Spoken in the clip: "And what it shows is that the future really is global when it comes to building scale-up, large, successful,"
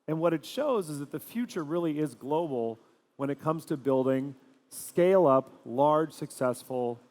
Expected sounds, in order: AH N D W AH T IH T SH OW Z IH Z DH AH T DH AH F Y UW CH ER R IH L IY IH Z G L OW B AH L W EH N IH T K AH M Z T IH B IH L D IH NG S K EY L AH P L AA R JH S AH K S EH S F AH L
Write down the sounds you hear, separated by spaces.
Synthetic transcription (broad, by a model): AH N W AH T IH T SH OW Z IH Z DH AH T DH AH F Y UW CH ER R IH L IY IH Z G L OW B L W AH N IH T K AH M Z T IH B IH L D IH NG S K EY L AH P L AA R JH S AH K S EH S F L